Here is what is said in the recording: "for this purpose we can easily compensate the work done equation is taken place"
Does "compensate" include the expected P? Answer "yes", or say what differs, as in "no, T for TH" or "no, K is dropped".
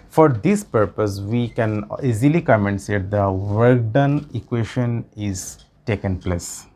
no, P is dropped